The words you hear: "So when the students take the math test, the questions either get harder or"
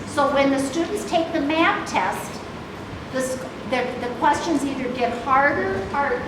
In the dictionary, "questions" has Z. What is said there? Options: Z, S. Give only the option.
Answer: Z